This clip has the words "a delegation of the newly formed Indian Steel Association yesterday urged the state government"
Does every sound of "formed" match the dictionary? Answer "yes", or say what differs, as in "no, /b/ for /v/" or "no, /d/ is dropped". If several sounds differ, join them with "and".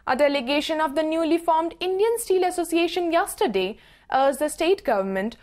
yes